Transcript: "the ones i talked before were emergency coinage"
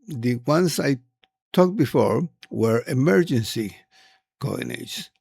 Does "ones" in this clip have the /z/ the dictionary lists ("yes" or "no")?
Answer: no